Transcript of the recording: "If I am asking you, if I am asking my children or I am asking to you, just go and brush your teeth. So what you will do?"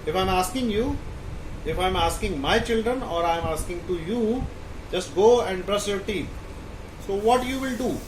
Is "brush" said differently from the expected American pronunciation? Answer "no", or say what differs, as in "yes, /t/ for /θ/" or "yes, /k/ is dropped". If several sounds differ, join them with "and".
yes, /s/ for /ʃ/